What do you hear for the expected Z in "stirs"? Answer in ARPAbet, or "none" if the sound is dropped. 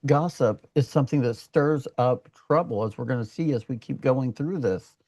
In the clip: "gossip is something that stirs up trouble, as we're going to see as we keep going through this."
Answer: Z